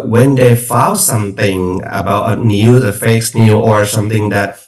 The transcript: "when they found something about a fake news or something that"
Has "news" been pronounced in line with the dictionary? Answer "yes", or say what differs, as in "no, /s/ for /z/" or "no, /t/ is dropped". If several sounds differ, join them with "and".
no, /z/ is dropped